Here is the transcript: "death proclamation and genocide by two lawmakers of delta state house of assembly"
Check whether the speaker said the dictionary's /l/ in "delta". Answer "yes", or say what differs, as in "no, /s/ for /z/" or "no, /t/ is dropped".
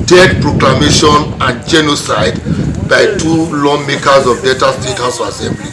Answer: no, /l/ is dropped